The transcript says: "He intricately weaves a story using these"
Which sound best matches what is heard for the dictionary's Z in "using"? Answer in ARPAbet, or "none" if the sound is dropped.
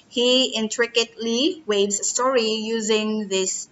Z